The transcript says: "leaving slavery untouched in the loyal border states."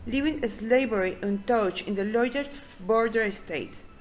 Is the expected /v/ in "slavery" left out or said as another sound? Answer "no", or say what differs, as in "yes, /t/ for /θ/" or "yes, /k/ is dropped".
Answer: yes, /b/ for /v/